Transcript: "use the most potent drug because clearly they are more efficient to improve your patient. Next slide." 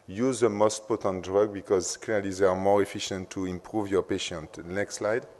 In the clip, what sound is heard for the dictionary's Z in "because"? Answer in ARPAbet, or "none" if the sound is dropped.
Z